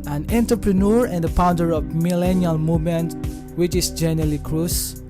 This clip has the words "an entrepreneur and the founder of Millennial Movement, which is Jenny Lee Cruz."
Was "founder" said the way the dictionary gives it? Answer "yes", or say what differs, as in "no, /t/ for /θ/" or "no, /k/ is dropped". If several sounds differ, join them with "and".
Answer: no, /p/ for /f/